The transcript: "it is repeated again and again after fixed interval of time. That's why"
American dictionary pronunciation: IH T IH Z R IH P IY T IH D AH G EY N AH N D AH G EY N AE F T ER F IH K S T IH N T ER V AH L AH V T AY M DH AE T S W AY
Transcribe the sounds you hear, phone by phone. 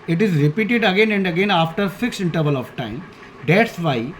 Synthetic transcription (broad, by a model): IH T IH Z R IH P IY T IH D AH G EY N AH N D AH G EY N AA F T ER F IH K S T IH N T ER V AH L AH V T AY M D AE T S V AY